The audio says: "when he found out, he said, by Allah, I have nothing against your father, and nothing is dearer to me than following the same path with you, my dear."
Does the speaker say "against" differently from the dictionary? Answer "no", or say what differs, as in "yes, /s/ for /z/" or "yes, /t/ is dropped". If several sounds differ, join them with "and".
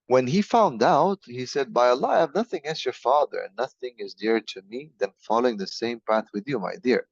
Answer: yes, /l/ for /n/